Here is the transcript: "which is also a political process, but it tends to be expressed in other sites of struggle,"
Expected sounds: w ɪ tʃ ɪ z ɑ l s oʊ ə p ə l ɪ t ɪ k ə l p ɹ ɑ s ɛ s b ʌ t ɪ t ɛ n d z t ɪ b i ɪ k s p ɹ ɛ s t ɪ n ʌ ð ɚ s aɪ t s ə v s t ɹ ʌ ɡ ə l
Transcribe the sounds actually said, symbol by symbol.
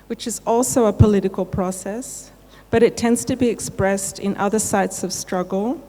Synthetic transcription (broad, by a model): w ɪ tʃ ɪ z ɑ l s oʊ ə p ə l ɪ t ɪ k ə l p ɹ ɑ s ɛ s b ʌ t ɪ t ɛ n d z t ɪ b i ɪ k s p ɹ ɛ s t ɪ n ʌ ð ɚ s aɪ t s ə v s t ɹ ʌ ɡ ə l